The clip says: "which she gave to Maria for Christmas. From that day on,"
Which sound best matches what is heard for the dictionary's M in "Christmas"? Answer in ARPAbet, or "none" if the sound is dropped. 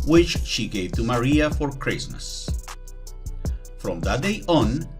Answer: M